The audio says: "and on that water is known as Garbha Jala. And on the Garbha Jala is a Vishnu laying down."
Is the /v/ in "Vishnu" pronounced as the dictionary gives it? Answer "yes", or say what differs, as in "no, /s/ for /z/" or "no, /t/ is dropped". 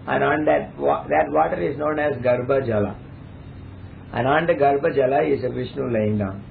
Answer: yes